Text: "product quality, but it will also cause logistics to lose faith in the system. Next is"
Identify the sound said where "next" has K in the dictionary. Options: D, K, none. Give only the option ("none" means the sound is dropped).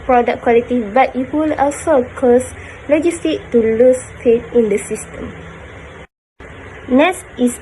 none